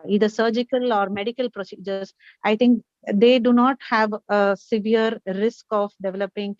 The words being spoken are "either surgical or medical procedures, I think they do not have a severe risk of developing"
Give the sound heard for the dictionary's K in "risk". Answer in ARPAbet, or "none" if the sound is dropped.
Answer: K